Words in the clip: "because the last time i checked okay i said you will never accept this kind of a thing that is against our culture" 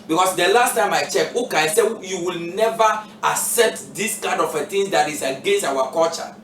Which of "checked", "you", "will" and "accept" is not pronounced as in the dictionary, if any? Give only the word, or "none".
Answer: checked